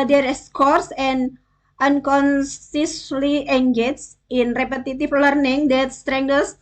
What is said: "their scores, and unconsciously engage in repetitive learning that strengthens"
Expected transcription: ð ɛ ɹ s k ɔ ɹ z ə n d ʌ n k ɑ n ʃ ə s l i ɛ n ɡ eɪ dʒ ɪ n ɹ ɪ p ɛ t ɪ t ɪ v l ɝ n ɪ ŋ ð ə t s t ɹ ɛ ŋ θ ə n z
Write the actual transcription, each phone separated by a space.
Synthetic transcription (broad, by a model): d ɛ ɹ s k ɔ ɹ s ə n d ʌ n k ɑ n s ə s l i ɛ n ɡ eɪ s ɪ n ɹ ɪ p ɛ t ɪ t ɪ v l ɝ n ɪ ŋ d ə t s t ɹ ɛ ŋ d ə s